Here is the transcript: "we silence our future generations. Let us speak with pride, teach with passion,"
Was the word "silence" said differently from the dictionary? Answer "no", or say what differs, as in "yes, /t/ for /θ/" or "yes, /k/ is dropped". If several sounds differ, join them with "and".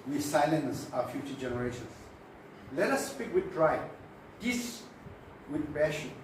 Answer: no